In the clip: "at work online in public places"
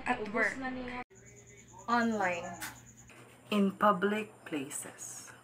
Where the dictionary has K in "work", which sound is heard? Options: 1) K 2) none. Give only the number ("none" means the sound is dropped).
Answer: 2